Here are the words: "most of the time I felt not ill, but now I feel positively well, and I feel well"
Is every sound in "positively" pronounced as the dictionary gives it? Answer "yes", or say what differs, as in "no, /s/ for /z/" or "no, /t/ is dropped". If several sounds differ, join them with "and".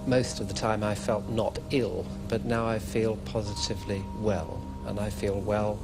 yes